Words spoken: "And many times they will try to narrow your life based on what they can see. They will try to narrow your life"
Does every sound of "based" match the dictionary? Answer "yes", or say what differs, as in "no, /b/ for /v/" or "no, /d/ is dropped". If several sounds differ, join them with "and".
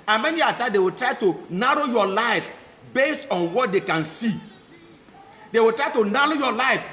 yes